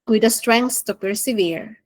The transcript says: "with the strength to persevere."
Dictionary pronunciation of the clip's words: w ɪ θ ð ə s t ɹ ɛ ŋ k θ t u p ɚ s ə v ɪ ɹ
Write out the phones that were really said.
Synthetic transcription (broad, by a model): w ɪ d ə s t ɹ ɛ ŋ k s t u p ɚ s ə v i ɹ